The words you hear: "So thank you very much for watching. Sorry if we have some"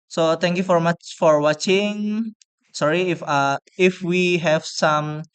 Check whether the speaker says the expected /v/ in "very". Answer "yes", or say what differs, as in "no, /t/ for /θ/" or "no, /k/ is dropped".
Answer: no, /f/ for /v/